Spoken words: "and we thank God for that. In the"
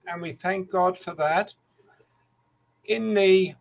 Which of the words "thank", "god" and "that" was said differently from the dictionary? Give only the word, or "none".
none